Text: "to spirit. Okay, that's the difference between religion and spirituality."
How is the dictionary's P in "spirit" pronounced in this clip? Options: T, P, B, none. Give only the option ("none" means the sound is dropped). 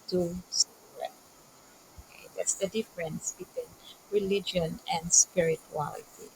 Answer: none